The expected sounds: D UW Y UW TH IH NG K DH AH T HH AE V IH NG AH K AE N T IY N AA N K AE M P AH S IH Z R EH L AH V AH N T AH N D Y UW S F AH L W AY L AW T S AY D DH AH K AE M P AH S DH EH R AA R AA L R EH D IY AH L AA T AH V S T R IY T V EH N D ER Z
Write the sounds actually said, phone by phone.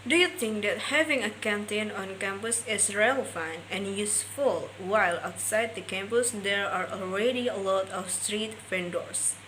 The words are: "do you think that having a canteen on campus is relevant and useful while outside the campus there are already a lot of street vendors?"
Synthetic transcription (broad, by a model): D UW Y UW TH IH NG K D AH T HH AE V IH NG AH K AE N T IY N AA N K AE M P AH S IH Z R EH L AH AH N AH N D Y UW S F AH L W AY L AW T S AY D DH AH K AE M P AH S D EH R AA R AA L R EH D IY AH L AA T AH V S T R IY T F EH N D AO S